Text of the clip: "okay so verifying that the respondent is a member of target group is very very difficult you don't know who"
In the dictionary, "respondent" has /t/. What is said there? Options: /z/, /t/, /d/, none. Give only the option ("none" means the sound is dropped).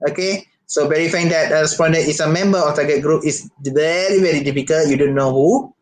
none